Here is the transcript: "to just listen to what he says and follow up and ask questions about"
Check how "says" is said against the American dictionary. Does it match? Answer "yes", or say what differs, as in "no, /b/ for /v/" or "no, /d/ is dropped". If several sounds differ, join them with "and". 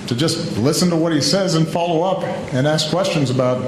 yes